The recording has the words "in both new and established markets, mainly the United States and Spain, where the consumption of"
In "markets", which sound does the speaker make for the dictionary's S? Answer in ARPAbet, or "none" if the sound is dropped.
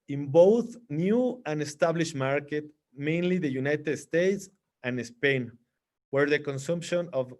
none